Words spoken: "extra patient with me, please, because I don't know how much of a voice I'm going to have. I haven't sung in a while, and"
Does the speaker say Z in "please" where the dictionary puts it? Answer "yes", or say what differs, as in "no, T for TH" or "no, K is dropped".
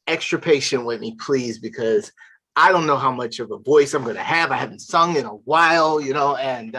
yes